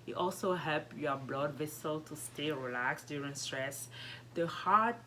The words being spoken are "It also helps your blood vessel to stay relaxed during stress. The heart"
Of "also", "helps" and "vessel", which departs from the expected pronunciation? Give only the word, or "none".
helps